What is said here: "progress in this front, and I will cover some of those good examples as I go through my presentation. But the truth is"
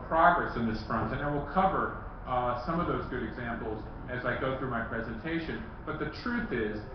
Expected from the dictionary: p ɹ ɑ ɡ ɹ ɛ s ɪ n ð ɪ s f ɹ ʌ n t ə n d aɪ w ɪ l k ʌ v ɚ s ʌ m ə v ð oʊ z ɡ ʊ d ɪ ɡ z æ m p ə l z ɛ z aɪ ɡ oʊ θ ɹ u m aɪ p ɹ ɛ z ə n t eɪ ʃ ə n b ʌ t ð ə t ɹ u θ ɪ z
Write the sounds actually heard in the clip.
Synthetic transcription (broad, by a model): p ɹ ɑ ɡ ɹ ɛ s ɪ n ð ɪ s f ɹ ʌ n t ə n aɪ w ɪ l k ʌ v ɚ s ʌ m ə v ð oʊ z ɡ ʊ d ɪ ɡ z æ m p l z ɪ z aɪ ɡ oʊ θ ɹ u m aɪ p ɹ ɛ z ə n t eɪ ʃ ə n b ʌ t ð ə t ɹ u θ ɪ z